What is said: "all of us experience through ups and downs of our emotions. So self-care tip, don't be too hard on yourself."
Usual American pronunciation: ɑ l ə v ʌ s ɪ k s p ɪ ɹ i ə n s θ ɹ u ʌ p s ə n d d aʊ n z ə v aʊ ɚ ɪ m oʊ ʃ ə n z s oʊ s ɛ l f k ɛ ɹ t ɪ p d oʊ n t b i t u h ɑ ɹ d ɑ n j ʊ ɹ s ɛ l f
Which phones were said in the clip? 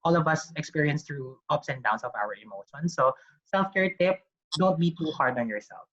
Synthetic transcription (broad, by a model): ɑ l ə v ʌ s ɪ k s p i ɹ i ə n s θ ɹ u ʌ p s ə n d d aʊ n s ə v aʊ ɚ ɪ m oʊ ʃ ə n s oʊ s ɛ l f k ɛ ɹ t ɪ p d oʊ n t b i t u h ɑ ɹ d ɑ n j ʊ ɹ s ɛ l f